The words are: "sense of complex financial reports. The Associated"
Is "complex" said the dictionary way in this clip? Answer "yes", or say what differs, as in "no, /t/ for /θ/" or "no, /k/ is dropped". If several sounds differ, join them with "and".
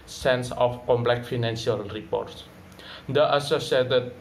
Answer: no, /s/ is dropped